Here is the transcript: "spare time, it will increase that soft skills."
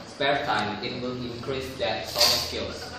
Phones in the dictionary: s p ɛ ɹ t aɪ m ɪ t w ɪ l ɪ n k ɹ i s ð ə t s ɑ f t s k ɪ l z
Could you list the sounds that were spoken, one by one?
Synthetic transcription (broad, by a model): s p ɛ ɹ t aɪ m ɪ t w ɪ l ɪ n k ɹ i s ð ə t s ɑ t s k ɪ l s